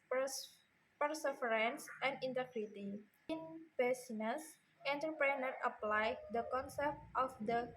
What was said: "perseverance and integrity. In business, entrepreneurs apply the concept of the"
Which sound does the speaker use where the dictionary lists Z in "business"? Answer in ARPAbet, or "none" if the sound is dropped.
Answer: S